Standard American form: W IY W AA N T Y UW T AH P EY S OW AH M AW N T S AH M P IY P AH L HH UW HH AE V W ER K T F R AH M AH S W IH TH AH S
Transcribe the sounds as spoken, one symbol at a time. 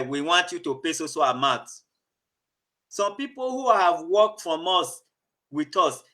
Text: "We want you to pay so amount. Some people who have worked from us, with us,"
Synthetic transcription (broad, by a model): W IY W AA N T Y UW T AH P EY S OW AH M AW T S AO M P IY P AH L HH UW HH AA V W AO K T F R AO M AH S W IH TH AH S